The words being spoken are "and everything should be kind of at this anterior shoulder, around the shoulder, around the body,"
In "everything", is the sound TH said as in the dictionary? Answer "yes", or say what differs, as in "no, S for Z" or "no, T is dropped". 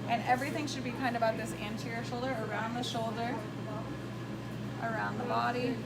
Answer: yes